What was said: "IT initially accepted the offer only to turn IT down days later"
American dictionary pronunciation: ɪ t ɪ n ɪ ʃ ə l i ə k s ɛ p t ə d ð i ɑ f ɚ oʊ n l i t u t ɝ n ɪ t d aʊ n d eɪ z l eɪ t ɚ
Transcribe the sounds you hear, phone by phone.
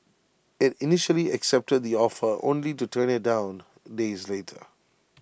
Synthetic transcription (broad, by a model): ɪ t ɪ n ɪ ʃ ə l i ə k s ɛ p t ə d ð i ɑ f ɚ oʊ n l i t u t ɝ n ɪ t d aʊ n d eɪ z l eɪ t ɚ